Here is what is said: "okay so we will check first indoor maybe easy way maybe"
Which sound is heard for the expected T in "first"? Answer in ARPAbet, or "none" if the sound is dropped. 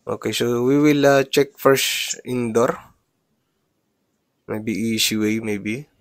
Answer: none